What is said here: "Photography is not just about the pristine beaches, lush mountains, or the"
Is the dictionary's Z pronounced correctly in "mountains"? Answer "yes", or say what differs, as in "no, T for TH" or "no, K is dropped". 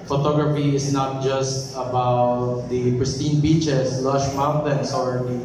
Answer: no, S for Z